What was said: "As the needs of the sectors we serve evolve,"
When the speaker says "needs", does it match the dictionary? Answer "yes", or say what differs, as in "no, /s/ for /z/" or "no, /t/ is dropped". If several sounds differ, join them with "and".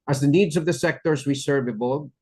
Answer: yes